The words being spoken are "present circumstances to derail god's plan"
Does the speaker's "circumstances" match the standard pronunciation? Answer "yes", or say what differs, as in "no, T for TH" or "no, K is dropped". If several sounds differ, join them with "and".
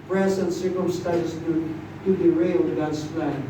no, Z is dropped